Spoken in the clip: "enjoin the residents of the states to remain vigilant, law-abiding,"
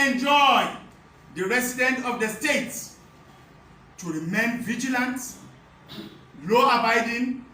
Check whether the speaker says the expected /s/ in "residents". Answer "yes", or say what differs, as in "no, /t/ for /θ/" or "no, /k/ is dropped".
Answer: no, /s/ is dropped